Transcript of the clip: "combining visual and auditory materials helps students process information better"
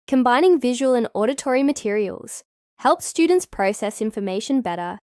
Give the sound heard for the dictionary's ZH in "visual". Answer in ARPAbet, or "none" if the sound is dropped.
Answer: ZH